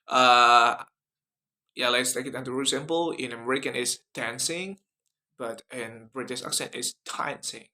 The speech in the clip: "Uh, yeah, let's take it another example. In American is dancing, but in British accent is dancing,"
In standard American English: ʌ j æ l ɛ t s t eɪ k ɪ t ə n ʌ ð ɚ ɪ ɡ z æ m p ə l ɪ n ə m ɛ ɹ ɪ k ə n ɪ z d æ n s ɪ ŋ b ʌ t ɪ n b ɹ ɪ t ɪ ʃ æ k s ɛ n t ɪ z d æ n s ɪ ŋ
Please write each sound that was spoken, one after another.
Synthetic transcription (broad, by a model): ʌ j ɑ l ɛ t s t eɪ k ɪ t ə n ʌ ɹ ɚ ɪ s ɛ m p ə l ɪ n ə m ɛ ɹ ɪ k ə n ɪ s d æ n s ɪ ŋ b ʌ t ɪ n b ɹ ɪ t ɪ s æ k s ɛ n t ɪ s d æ n s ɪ ŋ